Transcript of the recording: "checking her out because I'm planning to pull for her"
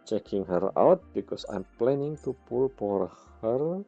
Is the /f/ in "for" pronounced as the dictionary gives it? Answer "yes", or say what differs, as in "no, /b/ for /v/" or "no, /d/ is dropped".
no, /p/ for /f/